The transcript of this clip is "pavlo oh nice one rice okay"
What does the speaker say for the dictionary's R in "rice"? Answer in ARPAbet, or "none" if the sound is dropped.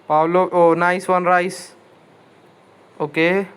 R